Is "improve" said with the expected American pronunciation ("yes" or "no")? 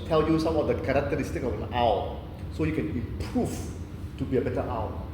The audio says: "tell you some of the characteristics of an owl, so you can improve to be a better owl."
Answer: no